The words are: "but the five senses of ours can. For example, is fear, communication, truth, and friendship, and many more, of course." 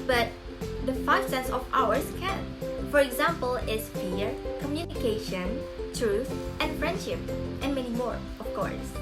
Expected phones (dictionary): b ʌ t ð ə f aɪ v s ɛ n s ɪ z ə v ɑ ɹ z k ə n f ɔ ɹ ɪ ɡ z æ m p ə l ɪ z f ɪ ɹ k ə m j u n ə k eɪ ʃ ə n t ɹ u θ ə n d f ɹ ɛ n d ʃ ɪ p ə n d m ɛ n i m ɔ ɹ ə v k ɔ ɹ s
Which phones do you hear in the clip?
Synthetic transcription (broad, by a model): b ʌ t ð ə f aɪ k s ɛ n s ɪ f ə w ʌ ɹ s k ə n f ɔ ɹ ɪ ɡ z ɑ m p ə l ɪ s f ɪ ɹ k ə m j u n ə k eɪ ʃ ə n t ɹ u θ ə n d f ɹ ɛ n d ʃ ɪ p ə n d m ɛ n i m ɔ ɹ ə f k ɔ ɹ s